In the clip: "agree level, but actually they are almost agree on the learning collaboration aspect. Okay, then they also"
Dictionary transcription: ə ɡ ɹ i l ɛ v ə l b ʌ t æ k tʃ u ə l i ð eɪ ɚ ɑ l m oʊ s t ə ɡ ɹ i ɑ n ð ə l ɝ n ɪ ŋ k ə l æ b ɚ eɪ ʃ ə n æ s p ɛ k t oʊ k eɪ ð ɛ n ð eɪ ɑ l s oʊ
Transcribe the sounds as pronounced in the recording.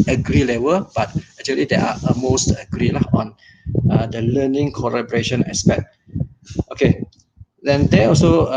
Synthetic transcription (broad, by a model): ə ɡ ɹ i l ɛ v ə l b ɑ t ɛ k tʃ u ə l i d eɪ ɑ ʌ m oʊ s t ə ɡ ɹ i ɑ n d ə l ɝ n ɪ ŋ k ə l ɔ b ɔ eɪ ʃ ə n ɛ s p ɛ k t oʊ k eɪ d ɛ n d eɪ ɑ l s oʊ